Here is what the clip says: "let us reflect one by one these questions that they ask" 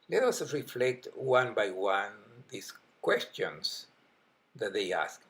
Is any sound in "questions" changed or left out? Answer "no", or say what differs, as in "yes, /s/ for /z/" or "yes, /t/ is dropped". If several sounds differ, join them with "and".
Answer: yes, /s/ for /z/